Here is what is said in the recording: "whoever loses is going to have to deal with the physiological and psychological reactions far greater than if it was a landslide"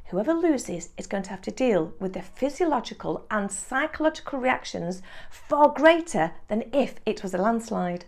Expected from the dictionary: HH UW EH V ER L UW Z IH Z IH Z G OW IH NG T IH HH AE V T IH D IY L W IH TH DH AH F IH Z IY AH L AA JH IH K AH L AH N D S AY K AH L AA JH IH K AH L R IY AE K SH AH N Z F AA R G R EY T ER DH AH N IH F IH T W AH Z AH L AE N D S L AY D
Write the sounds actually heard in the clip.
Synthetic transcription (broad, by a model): HH UW EH V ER L UW Z IH Z IH Z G OW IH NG T IH HH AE F T IH D IY L W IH DH AH F IH Z IY AH L AA JH IH K AH L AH N S AY K AH L AA JH IH K AH L R IY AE K SH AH N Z F AA R G R EY T ER DH AH N IH F IH T W AH Z AH L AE N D S L AY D